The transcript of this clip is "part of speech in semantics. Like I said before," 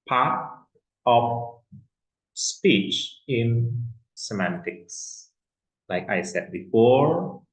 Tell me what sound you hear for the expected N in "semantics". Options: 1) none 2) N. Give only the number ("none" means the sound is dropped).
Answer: 2